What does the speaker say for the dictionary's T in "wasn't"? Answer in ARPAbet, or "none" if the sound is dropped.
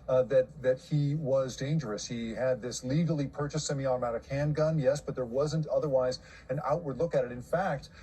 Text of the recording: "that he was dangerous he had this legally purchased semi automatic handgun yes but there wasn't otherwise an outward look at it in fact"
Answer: T